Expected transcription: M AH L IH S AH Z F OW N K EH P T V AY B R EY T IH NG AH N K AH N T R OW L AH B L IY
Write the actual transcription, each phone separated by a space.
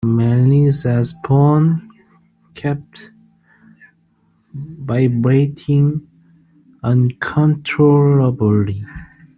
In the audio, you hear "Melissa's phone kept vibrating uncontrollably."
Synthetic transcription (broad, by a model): M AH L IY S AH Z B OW N K EH P T B AY B R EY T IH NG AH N K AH N T R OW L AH B L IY